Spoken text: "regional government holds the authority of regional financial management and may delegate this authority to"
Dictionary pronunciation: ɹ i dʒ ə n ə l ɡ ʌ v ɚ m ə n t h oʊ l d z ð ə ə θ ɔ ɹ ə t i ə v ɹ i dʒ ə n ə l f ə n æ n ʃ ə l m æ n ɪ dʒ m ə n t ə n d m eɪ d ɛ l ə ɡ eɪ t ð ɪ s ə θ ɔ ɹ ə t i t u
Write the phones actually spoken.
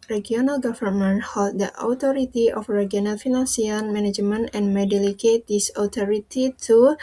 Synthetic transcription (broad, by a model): ɹ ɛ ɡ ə n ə l ɡ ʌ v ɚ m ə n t h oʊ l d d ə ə t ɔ ɹ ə t i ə f ɹ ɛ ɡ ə n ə l f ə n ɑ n s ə n m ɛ n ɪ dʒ m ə n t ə n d m eɪ d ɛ l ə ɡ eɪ t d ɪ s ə t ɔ ɹ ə t i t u